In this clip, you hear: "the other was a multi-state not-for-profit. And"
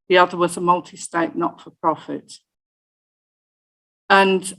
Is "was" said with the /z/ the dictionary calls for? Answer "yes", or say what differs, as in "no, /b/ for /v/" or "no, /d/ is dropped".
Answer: yes